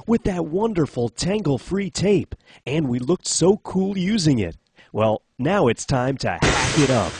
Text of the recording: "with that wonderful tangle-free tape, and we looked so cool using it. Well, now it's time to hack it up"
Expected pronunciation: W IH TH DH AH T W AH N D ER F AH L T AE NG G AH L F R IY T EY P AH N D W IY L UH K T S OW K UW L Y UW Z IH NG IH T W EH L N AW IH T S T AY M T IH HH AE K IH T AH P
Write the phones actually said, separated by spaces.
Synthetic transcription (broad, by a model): W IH DH AH T W AH N D ER F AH L T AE NG G L F R IY T EY P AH N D W IY L UH K T S OW K UW L Y UW Z IH NG IH T W EH L N AW IH T S T AY M T IH HH AE K IH T AH P